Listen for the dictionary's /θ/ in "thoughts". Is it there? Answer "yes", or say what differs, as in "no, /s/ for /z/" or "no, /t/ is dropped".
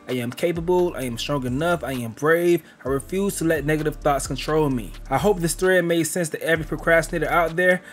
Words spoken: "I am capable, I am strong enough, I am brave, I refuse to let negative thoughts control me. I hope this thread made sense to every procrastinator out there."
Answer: yes